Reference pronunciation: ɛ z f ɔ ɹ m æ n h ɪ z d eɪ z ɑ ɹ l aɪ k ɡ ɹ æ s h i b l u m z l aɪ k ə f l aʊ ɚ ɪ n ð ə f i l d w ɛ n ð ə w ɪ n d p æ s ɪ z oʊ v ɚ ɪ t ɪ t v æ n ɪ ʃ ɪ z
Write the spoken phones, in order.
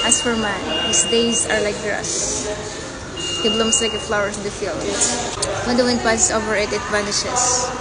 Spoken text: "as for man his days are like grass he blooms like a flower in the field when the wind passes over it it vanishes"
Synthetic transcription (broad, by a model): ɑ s f ɔ ɹ m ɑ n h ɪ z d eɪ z ɑ ɹ l aɪ k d ɹ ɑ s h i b l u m s l aɪ k ə f l aʊ ɚ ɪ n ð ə f i l d w ɛ n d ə w ɪ n d p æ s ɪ s oʊ v ɚ ɪ t ɪ t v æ n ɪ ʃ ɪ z